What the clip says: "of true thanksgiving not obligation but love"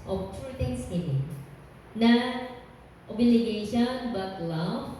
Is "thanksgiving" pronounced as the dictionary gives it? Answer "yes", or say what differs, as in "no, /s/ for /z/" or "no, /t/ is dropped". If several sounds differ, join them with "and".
no, /k/ is dropped